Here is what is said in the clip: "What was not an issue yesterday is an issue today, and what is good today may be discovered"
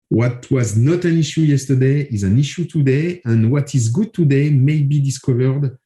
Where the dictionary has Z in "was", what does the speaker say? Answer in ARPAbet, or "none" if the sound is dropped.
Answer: Z